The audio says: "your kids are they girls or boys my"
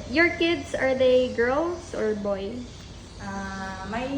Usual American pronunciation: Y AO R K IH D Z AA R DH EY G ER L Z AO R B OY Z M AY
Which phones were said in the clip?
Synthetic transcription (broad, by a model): Y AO R K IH D S AA R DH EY G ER L S AO R B OY S M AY